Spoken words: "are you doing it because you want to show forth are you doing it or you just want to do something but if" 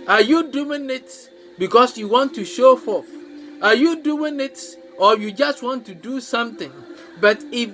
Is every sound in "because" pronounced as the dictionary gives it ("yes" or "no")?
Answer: no